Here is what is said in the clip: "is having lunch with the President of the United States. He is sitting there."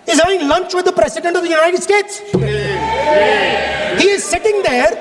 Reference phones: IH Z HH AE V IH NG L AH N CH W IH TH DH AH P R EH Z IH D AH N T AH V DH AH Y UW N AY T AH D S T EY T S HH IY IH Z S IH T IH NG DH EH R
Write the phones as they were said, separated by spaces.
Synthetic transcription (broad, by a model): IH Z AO IH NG L AH N CH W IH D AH P R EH S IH D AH N T AH V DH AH Y UW N AY T AH D S T EY T S HH IY IH Z S IH T IH NG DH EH R